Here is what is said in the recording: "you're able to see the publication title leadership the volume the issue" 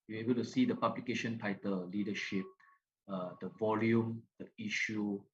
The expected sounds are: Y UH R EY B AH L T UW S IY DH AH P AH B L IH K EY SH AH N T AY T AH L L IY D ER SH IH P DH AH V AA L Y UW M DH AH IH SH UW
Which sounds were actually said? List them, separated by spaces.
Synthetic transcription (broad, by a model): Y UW EY B AH L T UW S IY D AH P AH B L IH K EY SH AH N T AY T AH L L IY D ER SH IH P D AH V AA L Y UW M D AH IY SH UW